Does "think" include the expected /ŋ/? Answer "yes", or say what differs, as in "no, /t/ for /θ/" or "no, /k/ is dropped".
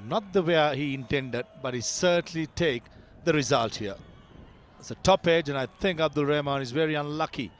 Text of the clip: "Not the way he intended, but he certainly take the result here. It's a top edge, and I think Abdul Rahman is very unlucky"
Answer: yes